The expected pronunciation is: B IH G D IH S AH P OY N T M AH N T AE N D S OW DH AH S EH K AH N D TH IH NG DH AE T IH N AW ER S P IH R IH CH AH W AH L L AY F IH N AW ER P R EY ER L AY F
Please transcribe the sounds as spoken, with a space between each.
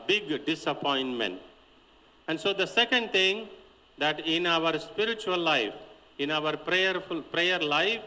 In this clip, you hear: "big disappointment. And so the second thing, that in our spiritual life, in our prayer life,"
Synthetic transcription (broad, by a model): B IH G D IH S AH P OY N T M AH N T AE N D S OW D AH S EH K AH N D T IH NG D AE T IH N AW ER S P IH R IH CH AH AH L L AY F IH N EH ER P R EY ER L AY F